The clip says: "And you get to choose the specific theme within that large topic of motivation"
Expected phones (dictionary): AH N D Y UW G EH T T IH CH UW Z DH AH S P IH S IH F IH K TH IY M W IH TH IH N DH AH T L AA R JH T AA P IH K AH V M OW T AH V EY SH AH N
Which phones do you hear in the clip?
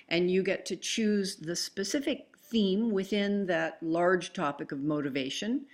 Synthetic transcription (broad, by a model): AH N Y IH G EH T T IH CH UW Z DH AH S P IH S IH F IH K TH IY M W IH TH IH N DH AH T L AA R JH T AA P IH K AH V M OW T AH V EY SH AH N